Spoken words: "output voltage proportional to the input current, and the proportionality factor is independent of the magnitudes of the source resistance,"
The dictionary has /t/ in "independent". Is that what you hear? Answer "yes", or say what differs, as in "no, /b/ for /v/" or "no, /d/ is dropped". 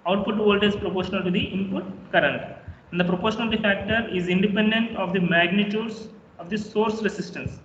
yes